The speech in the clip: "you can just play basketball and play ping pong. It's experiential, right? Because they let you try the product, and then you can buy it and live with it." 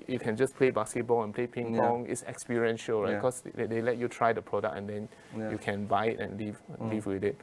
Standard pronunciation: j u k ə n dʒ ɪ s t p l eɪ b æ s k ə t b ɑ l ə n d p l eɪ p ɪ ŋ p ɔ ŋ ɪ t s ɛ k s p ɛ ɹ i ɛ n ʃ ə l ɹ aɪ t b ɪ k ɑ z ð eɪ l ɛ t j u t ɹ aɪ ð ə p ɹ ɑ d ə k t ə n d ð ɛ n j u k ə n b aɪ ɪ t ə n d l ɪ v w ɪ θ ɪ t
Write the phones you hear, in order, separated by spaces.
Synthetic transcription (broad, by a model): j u k ə n dʒ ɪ s p l eɪ b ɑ s k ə t b ɑ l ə n p l eɪ p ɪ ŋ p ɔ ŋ ɪ t s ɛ k s p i ɹ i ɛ n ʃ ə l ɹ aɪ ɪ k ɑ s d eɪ l ɛ t j u t ɹ aɪ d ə p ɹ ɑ d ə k ə n d ɛ n j u k ə n b aɪ ɪ t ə n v l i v w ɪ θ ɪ t